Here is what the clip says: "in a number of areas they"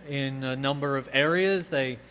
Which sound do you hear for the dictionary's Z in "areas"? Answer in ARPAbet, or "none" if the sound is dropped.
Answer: Z